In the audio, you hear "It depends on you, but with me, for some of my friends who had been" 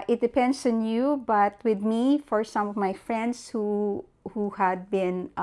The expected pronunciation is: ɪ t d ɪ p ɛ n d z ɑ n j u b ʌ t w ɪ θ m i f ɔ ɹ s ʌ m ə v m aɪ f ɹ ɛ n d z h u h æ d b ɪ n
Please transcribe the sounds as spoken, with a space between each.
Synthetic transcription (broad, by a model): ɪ t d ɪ p ɛ n d s ɑ n j u b ʌ t w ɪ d m i f ɔ ɹ s ʌ m ə v m aɪ f ɹ ɛ n d s h u h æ d b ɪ n